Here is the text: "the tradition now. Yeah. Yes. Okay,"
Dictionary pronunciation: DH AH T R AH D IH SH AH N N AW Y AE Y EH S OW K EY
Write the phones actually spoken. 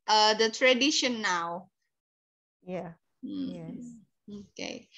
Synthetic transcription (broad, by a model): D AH T R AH D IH SH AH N N AW Y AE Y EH OW K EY